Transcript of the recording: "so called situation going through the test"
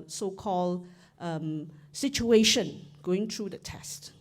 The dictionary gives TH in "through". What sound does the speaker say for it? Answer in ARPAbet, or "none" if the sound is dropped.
T